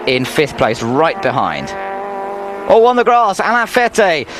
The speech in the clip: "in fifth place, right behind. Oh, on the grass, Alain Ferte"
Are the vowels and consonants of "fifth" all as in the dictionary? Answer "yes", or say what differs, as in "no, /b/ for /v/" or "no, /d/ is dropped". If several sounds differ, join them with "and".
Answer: yes